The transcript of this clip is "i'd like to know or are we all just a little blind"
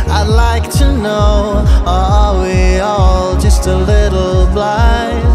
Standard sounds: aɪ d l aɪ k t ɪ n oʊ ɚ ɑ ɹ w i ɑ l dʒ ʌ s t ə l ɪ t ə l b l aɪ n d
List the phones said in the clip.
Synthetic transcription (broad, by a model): aɪ d l aɪ k t ɪ n oʊ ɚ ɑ l w i ɑ l dʒ ʌ s t ə l ɪ t l b l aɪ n